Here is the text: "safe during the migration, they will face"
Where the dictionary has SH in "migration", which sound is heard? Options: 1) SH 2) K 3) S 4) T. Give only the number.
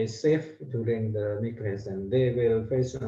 3